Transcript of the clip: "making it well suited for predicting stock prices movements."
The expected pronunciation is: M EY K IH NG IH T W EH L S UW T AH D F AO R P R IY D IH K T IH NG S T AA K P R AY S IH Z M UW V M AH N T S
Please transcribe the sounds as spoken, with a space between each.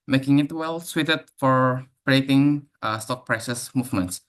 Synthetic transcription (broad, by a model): M EY K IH NG IH T W EH L S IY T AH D F AO R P R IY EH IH T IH NG S T AA K P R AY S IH S M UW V M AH N T S